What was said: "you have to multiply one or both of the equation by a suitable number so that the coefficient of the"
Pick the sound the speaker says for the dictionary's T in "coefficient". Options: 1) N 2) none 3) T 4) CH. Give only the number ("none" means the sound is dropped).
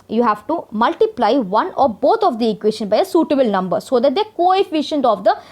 3